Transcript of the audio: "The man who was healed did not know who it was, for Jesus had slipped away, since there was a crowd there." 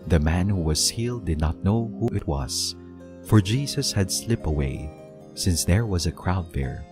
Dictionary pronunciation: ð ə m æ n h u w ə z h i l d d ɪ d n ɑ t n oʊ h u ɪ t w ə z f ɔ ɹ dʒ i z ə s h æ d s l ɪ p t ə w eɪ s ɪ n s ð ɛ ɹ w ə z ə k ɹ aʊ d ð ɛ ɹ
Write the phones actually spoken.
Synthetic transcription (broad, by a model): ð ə m æ n h u w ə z h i l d d ɪ d n ɑ t n oʊ h u ɪ t w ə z f ɔ ɹ dʒ i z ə s h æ d s l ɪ p ə w eɪ s ɪ n s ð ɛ ɹ w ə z ə k ɹ aʊ d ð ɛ ɹ